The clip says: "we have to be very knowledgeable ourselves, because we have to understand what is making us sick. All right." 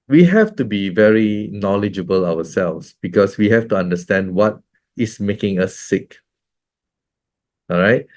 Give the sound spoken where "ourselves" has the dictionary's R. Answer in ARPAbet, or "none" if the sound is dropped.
W